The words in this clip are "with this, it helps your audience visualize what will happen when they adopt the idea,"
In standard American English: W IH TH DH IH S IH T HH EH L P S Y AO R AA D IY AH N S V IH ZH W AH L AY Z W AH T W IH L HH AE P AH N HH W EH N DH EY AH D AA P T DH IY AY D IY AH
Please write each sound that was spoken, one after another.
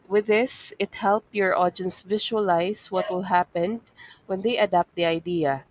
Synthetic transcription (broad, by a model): W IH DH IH S IH T HH EH L P Y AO R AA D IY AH N S V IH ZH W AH L AY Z W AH T W IH L HH AE P AH N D W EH N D EY AH D AA P T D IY AY D IY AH